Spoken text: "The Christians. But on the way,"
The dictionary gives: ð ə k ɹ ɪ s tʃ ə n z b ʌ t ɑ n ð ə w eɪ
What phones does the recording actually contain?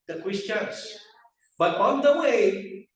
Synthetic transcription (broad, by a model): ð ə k w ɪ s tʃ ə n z b ʌ t ɑ n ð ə w eɪ